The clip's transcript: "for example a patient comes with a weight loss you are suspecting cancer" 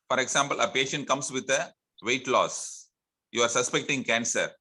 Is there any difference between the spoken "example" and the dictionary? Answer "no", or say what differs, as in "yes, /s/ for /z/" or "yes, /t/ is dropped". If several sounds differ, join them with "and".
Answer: yes, /s/ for /z/